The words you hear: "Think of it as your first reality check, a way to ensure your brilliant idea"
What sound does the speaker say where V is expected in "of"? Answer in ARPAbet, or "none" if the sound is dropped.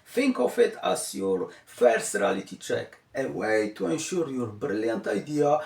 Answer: F